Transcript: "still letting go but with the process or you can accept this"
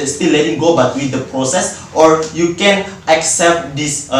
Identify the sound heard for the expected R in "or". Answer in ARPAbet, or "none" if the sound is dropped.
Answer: R